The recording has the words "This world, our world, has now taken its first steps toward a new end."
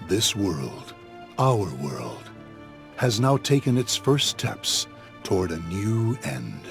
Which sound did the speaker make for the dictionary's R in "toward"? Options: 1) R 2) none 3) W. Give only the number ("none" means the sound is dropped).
1